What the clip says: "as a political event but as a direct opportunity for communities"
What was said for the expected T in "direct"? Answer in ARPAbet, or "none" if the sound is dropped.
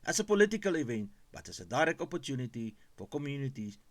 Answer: none